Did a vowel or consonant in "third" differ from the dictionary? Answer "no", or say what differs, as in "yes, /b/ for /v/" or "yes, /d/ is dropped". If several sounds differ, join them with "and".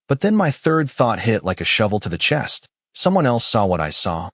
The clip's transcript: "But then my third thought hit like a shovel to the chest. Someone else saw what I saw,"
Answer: no